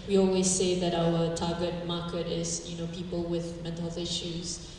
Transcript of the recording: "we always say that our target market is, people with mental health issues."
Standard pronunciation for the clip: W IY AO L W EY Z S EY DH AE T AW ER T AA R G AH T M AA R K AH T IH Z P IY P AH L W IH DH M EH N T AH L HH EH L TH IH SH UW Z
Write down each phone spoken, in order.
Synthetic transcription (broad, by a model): W IY AO L W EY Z S EY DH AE T AW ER T AA G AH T M AA K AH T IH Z P IY P AH L W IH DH M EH T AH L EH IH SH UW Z